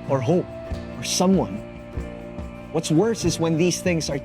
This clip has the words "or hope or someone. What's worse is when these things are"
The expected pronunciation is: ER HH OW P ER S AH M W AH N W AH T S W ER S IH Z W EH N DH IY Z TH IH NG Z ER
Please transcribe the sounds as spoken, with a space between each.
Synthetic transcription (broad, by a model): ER HH OW P ER S AH M W AH N W AH T S W ER S IH Z W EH N DH IY Z TH IH NG Z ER